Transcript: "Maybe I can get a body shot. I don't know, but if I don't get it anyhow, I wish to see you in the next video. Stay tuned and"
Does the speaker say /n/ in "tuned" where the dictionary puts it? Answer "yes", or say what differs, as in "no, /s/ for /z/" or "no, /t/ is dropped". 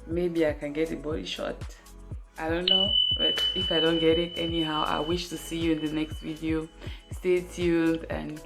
no, /l/ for /n/